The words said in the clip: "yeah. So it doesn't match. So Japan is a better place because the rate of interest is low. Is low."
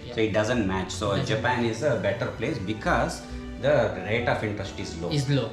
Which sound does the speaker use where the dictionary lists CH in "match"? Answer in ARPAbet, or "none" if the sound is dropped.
CH